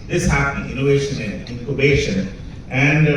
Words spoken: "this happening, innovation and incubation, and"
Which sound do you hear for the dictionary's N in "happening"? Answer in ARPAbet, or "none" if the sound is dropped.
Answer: none